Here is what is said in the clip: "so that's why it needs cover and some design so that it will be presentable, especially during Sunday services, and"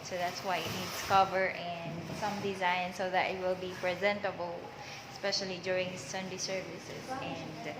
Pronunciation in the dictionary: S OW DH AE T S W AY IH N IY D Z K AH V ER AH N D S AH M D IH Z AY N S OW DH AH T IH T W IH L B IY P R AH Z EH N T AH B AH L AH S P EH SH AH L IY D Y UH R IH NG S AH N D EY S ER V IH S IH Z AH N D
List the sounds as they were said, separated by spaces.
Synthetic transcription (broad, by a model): S OW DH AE T S W AY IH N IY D S K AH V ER AH N D S AH M D IH Z AY N S OW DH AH T IH T W IH L B IY P R AH Z EH N T AH B AH L AH S P EH SH AH L IY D Y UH R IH NG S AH N D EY S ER V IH S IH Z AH N D